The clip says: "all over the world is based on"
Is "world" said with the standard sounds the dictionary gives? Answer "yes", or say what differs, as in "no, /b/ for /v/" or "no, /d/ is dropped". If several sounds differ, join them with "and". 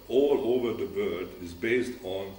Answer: no, /l/ is dropped